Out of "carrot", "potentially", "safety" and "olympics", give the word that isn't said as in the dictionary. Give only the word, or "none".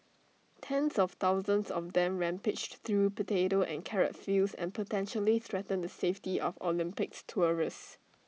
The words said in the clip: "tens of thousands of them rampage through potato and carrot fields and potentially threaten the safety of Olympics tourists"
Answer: none